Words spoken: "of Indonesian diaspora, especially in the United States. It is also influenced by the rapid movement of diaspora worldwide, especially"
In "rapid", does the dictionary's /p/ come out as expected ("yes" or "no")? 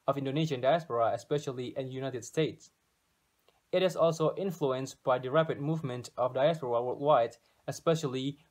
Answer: yes